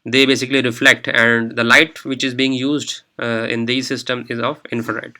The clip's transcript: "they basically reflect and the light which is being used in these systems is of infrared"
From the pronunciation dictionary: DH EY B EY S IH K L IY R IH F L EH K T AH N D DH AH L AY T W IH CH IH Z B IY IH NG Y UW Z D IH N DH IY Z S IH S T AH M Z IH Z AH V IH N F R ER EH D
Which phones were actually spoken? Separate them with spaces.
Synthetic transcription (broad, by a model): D EY B EY S IH K L IY R IH F L EH K T AH N D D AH L AY T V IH CH IH Z B IY IH NG Y UW Z D IH N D IY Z S IH S T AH M IH Z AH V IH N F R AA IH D